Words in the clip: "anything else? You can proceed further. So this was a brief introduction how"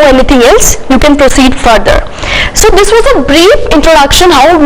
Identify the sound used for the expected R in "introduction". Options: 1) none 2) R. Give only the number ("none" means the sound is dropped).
2